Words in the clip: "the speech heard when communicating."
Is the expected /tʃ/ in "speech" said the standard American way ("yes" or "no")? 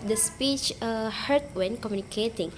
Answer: yes